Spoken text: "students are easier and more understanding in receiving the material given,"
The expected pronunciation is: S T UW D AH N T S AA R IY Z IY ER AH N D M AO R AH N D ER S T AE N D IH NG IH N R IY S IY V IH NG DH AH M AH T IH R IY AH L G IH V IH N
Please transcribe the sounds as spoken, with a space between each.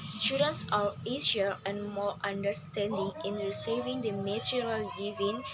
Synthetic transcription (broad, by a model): S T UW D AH N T S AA W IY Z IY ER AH N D M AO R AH N D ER S T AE N D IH NG IH N R IY S IY V IH NG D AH M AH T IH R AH L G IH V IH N